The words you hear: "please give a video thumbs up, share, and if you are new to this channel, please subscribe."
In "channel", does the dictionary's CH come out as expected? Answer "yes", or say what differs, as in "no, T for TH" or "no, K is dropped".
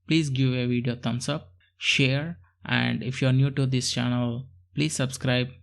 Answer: yes